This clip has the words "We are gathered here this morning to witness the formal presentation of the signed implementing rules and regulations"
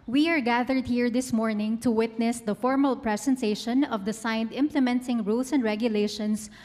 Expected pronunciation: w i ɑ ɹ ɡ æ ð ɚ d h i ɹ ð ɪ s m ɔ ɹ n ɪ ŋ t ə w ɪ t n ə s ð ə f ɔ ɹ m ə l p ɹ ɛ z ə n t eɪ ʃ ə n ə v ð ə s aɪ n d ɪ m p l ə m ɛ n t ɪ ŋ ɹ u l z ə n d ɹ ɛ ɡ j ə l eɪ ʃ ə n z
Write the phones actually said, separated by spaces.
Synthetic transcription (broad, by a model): w i ɑ ɹ ɡ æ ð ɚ d h i ɹ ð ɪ s m ɔ ɹ n ɪ ŋ t ə w ɪ t n ə s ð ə f ɔ ɹ m ə l p ɹ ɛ s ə n t eɪ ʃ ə n ə v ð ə s aɪ n d ɪ m p l ə m ɛ n t ɪ ŋ ɹ u l s ə n d ɹ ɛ ɡ j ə l eɪ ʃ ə n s